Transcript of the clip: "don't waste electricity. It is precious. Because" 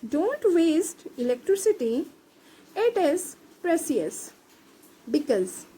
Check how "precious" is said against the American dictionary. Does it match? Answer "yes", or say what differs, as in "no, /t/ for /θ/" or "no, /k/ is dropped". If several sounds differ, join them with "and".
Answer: no, /s/ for /ʃ/